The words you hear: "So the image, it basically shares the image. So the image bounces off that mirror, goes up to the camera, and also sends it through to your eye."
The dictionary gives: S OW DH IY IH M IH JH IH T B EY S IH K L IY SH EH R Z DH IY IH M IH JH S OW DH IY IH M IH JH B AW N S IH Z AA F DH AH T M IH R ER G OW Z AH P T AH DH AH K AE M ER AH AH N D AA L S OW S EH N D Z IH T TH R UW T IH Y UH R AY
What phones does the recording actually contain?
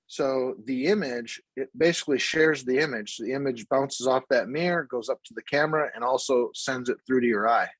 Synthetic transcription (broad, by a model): S OW DH IY IH M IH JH IH T B EY S IH K L IY SH EH R Z DH IY IH M IH JH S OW DH IY IH M IH JH B AW N S IH Z AA F DH AH T M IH R G OW Z AH P T AH DH AH K AE M ER AH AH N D AA L S OW S EH N D Z IH T TH R UW T IH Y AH R AY